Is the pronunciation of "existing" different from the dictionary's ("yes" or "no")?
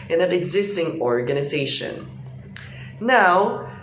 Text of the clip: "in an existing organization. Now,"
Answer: no